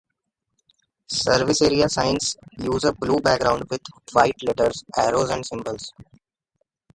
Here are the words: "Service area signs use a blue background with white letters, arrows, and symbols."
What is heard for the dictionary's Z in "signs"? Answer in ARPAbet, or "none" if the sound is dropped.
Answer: S